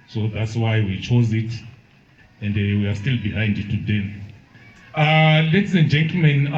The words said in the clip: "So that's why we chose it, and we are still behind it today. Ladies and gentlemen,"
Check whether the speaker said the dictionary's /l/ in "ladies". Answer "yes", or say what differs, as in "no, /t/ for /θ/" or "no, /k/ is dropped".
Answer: no, /n/ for /l/